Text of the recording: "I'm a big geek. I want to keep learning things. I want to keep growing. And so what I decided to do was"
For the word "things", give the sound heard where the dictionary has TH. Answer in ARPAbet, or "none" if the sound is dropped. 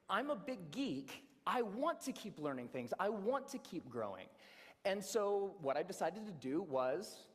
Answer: TH